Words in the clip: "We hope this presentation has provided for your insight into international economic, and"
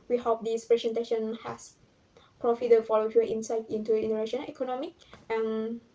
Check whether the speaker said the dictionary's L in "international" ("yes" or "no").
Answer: no